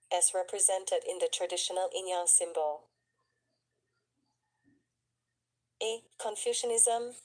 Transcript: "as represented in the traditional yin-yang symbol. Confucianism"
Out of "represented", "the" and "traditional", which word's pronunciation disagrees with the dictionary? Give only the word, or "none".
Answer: none